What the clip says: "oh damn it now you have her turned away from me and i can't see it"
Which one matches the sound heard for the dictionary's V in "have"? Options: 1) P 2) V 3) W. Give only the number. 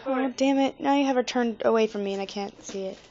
2